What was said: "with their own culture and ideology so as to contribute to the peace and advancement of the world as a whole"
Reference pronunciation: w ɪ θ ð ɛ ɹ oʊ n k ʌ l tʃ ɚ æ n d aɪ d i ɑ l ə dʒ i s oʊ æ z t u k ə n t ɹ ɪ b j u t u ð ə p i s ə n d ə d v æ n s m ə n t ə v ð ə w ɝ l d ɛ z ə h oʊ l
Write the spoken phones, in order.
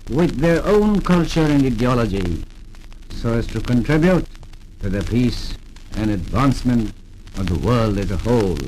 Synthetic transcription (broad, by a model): w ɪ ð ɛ ɹ oʊ n k ʌ l tʃ ɚ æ n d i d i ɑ l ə dʒ i s oʊ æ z t u k ə n t ɹ ɪ b j u t u ð ə p i s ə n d ə d v æ n s m ə n t ə v ð ə w ɝ l d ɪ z ə h oʊ l